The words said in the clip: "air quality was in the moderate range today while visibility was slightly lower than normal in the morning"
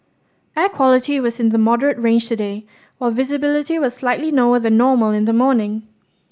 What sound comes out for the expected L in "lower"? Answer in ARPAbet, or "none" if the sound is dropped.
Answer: N